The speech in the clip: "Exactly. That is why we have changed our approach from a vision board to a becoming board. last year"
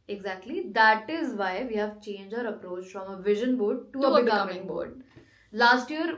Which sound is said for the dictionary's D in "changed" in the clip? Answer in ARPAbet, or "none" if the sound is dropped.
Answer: none